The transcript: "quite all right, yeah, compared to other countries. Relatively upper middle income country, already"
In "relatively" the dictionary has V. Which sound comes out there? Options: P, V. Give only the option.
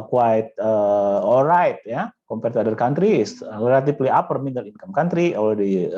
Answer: P